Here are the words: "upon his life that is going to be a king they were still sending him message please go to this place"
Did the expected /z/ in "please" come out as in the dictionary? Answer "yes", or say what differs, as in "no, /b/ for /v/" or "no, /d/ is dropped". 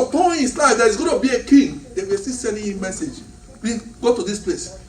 no, /z/ is dropped